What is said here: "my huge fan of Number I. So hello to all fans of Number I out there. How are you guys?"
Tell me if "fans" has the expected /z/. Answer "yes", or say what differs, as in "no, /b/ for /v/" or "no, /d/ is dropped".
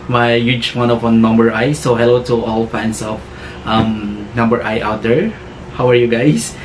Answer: no, /s/ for /z/